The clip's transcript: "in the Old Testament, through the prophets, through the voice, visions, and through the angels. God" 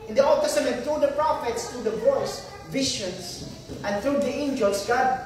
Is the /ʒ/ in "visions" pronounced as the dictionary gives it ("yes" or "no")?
no